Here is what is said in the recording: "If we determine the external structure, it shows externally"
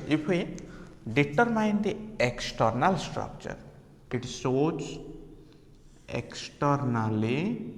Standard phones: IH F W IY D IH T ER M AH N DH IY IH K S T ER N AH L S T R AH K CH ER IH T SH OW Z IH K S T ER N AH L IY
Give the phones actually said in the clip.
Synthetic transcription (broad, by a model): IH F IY D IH T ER M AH N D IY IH K S T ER N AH L S T R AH K CH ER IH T S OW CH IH K S T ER N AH L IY